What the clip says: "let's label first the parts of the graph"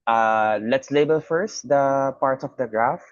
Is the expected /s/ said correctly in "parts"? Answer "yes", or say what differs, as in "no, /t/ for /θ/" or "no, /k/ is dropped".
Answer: no, /s/ is dropped